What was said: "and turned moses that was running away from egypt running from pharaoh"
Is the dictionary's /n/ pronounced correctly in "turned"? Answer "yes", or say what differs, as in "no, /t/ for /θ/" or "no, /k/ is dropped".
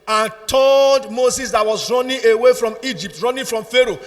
no, /l/ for /n/